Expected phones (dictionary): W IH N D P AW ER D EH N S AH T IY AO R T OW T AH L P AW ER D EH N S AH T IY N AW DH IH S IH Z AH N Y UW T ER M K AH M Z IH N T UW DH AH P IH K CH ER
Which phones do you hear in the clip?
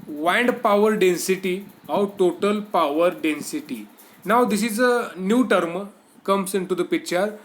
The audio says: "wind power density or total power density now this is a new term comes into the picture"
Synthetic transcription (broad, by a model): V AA N D P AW ER D EH N S AH T IY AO W T OW T AH L P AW ER D EH N S AH T IY N AW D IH S IH Z AH N Y UW T ER M K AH M S IH N T UW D AH P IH K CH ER